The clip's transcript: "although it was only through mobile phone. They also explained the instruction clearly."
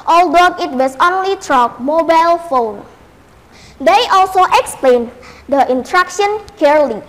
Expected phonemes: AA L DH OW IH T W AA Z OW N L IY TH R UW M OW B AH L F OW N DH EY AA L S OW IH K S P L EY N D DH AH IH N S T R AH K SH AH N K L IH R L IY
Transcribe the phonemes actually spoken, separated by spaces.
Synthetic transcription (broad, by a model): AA L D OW IH T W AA S OW N L IY T R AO M OW B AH L F OW N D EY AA L S OW IH K S P L EY N D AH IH N T R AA K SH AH N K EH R L IY